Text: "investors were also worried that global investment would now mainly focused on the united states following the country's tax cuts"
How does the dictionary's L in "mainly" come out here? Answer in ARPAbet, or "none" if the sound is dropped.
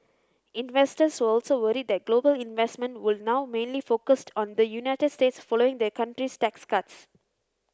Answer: L